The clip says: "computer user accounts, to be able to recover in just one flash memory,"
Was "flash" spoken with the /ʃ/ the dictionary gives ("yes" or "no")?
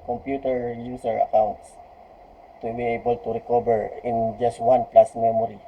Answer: no